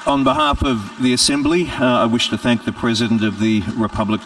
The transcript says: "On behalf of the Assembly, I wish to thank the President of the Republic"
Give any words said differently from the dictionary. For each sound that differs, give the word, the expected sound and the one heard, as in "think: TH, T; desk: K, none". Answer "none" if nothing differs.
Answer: none